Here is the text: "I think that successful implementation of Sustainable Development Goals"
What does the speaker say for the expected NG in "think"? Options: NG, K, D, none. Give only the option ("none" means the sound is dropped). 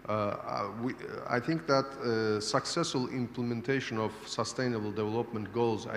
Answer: NG